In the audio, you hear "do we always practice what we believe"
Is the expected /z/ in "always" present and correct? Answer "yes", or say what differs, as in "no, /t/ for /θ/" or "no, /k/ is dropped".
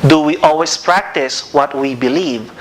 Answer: no, /s/ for /z/